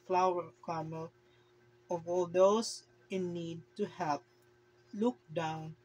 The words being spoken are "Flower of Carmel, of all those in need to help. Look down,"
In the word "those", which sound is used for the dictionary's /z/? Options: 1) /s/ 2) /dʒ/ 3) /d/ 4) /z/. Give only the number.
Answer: 1